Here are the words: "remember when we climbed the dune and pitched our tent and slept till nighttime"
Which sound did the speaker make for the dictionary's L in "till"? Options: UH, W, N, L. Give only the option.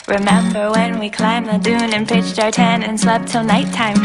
L